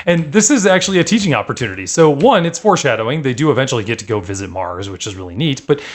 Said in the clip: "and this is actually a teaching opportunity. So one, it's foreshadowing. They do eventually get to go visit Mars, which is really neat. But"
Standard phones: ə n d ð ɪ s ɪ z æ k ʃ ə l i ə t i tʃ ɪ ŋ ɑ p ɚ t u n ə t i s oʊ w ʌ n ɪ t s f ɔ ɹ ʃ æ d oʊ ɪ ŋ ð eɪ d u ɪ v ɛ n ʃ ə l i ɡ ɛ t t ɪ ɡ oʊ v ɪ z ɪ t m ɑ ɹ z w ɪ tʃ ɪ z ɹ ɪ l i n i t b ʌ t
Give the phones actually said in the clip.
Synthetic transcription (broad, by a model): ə n ð ɪ s ɪ z æ k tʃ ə l i ə t i tʃ ɪ ŋ ɑ p ɚ t u n ə t i s oʊ w ʌ n ɪ t s f ɔ ɹ ʃ æ d oʊ ɪ ŋ ð eɪ d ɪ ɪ v ɛ n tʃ l i ɡ ɛ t t ɪ ɡ oʊ v ɪ z ɪ t m ɑ ɹ z w ɪ tʃ ɪ z ɹ ɪ l i n i t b ʌ t